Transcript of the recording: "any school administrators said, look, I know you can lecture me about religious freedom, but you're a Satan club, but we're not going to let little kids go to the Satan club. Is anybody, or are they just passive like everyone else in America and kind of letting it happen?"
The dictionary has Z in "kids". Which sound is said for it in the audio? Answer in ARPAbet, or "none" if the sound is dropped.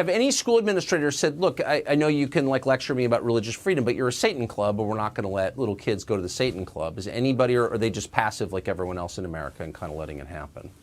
Z